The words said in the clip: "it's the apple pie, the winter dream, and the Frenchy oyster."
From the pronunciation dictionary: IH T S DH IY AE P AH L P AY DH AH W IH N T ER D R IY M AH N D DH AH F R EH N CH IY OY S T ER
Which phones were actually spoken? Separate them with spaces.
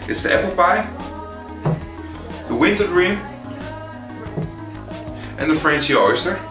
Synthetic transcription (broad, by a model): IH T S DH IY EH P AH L B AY DH AH W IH N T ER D R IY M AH N DH AH F R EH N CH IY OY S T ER